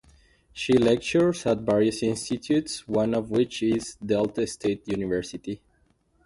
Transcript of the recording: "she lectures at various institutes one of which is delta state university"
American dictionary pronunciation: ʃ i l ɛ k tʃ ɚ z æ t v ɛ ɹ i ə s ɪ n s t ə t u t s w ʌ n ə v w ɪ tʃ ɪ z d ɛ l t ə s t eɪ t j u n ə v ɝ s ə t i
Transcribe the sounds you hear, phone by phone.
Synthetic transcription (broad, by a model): ʃ i l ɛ k tʃ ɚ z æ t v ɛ ɹ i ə s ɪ n s t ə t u t s w ʌ n ə v w ɪ tʃ ɪ z d ɛ l t ə s t eɪ t j u n ə v ɝ s ə t i